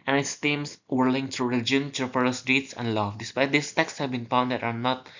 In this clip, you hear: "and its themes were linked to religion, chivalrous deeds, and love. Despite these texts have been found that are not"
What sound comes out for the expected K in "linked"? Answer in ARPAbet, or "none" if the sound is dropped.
none